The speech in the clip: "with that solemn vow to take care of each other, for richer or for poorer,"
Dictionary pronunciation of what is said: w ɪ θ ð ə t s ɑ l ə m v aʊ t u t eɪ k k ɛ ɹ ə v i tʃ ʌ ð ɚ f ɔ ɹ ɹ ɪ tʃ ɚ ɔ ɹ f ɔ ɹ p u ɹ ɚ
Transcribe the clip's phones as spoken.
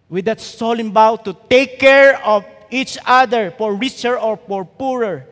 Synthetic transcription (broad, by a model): w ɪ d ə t s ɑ l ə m b aʊ t u t eɪ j k ɛ ɹ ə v i tʃ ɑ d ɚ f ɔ ɹ ɹ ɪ tʃ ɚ ɔ ɹ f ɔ ɹ p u ɹ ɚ